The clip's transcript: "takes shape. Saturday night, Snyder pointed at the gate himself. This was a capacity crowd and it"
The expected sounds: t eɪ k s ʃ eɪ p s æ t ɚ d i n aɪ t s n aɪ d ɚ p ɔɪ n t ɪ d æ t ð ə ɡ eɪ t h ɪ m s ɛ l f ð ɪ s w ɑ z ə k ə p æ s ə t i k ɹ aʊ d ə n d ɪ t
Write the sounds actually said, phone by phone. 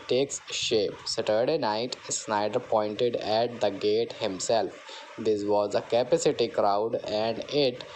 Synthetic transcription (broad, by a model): t eɪ k s ʃ eɪ p s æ t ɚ d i n aɪ t s n aɪ d ɚ p ɔɪ n t ɪ d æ t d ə ɡ eɪ t h ɪ m s ɛ l f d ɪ s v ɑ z ə k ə p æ s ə t i k ɹ aʊ d ə n d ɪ t